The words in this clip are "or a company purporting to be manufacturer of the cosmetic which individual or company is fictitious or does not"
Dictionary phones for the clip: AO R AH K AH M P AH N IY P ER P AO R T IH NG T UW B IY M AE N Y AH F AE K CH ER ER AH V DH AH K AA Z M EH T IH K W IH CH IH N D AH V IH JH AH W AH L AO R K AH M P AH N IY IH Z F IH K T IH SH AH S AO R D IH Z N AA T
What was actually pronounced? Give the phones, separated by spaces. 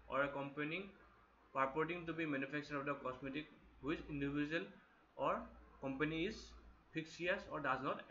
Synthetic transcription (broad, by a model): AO R AH K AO M P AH N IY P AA P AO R T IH NG T UW B IY M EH N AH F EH K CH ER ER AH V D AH K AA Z M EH T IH K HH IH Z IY N D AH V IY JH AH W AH L AO R K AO M P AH N IY IH Z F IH K S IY AH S AO R D IH Z N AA T